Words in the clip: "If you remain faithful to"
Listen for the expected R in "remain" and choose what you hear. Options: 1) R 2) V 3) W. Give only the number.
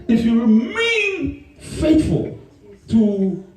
1